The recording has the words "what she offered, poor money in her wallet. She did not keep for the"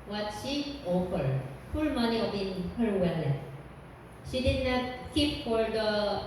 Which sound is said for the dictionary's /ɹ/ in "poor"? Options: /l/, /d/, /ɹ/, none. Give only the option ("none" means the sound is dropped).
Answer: /l/